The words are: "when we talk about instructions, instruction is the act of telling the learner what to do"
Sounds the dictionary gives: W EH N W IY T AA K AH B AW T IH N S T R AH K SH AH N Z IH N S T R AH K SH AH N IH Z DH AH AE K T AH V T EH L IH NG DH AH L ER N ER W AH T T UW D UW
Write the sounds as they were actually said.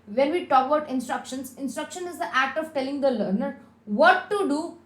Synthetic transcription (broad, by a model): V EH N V IY T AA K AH UH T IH N S T R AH K SH AH N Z IH N S T R AH K SH AH N IH Z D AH AE K T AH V T EH L IH NG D AH L ER N ER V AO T T UW D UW